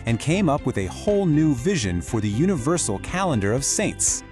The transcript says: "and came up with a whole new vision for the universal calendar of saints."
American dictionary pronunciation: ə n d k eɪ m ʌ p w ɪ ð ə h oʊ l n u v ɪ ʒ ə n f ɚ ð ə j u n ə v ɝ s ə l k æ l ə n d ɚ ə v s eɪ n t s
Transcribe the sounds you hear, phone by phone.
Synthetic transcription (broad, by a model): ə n k eɪ m ʌ p w ɪ ð ə h oʊ l n u v ɪ ʒ ə n f ɚ ð ə j u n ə v ɝ s l k æ l ə n d ɚ ə v s eɪ n t s